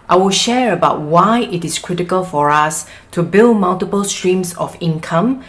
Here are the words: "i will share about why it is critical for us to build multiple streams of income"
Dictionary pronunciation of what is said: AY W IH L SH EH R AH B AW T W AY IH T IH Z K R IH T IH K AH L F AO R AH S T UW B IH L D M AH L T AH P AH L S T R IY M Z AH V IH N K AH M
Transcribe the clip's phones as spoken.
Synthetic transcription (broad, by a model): AY W IH L SH EH R AH B AW T W AY IH T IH S K R IH T IH K AH L F AO R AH S T UW B IH L D M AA L T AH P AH L S T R IY M S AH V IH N K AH M